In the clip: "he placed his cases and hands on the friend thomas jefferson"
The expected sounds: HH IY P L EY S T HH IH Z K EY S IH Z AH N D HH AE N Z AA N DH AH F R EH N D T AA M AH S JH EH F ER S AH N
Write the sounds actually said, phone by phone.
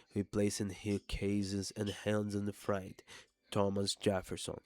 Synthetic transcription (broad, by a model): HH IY P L EY S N HH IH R K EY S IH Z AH N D HH AE N Z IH N DH AH F R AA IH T T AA M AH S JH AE F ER S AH N